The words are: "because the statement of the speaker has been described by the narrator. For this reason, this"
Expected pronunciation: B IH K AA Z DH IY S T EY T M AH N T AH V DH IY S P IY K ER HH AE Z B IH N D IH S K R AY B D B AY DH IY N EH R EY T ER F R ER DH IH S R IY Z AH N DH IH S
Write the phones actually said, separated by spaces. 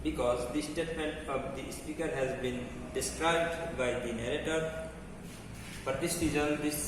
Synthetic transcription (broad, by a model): B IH K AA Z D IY S T EY T M AH N T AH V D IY S P IY K ER HH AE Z B IH N D IH S K R AY B D B AY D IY N EH R EY T ER P R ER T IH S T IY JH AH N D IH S